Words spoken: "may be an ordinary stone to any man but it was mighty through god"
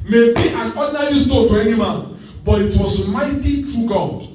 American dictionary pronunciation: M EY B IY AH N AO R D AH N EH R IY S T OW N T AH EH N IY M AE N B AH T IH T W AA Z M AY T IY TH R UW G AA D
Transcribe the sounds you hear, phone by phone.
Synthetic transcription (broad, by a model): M EY B IY AH N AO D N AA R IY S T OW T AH EH N IY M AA B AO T IH T W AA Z M AY T IY F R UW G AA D